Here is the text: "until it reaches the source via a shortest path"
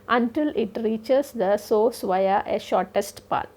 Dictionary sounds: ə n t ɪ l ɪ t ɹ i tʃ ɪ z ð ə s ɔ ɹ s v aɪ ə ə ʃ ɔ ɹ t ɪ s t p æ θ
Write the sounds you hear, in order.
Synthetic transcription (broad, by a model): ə n t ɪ l ɪ t ɹ i tʃ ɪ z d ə s ɔ s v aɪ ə ə ʃ ɔ ɹ t ɪ s t p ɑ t